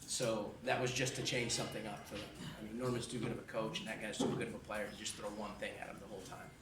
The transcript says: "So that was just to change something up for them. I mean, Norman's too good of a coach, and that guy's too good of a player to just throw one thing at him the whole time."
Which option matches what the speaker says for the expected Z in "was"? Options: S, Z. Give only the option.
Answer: Z